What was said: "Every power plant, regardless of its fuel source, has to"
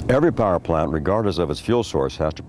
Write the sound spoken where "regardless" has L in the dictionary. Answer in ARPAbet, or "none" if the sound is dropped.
none